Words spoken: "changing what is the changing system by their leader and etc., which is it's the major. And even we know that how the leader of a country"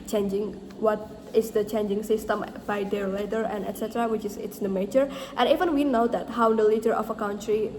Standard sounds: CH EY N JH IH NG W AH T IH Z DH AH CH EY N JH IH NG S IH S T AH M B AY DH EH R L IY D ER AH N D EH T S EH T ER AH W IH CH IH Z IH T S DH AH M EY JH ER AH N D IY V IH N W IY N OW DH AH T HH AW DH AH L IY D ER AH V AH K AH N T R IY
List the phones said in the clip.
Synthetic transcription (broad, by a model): CH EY N JH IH NG W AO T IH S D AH CH EY N JH IH NG S IH S T AH M B AY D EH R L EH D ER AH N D EH T S EH T ER AH W IH CH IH S IH T S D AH M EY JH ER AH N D IY V IH N W IY N OW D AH T HH AW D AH L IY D ER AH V AH K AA N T R IY